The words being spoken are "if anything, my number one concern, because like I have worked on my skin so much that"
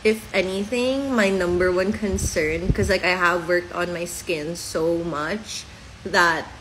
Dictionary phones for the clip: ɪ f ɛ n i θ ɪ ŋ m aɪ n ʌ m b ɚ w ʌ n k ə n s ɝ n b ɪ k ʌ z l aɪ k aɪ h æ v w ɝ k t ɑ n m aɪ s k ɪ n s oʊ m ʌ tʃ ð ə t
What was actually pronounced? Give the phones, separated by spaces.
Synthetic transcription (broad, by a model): ɪ f ɛ n i θ ɪ ŋ m aɪ n ʌ m b ɚ w ʌ n k ə n s ɝ n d k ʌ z l aɪ k aɪ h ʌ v w ɝ k t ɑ n m aɪ s k ɪ n s oʊ m ʌ tʃ ð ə t